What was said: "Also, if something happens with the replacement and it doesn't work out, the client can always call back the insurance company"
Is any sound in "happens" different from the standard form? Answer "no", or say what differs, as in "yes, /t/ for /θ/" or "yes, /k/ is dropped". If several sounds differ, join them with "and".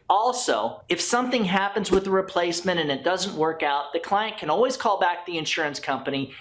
no